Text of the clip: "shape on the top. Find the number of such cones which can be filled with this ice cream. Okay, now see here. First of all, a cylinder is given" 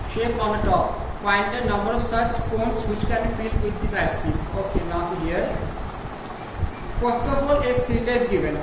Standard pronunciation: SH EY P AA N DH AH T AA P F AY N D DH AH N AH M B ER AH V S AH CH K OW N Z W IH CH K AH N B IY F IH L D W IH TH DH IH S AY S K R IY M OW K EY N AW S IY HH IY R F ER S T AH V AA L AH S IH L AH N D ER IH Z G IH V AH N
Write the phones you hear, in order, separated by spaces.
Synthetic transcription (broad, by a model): SH EY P AA N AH T AA P F AY N D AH N AH M B ER AH V S AH CH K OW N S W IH CH K AH N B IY F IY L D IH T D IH S AY S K IY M OW K EY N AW S IY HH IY R F ER S T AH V AA L AH S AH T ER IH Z G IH V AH N